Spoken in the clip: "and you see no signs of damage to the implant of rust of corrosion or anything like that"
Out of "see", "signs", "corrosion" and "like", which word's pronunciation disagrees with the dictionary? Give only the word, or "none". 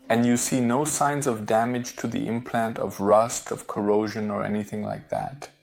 none